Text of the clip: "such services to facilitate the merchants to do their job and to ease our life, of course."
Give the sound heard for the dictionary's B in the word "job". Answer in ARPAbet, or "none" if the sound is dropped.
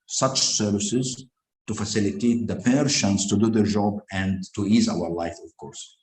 B